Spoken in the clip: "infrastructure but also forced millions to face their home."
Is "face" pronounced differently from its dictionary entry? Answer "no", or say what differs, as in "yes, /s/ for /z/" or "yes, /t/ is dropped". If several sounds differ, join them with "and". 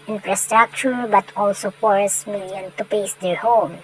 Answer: yes, /p/ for /f/